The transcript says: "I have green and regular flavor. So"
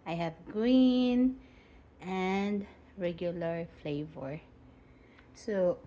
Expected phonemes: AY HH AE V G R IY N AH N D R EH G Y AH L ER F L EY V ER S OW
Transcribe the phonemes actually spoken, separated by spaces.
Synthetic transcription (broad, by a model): AY HH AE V G R IY N AH N D R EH G Y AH L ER F L EY V ER S OW